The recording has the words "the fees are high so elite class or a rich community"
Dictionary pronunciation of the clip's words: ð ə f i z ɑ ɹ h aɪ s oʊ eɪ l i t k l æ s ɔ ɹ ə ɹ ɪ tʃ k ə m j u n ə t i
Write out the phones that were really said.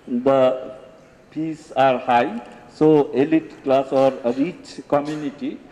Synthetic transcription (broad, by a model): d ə p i s ɑ ɹ h aɪ s oʊ eɪ l i t k l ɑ s ɔ ɹ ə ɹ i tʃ k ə m j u n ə t i